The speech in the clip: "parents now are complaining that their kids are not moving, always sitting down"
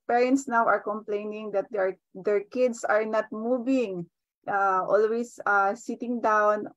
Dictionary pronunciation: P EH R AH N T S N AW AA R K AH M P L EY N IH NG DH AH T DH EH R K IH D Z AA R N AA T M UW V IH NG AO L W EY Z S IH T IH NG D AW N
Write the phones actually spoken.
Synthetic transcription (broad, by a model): P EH R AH N T S N AW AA R K AH M P L EY N IH NG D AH T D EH R K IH D S AA R N AA T M UW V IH NG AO L W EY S S IH T IH NG D AW N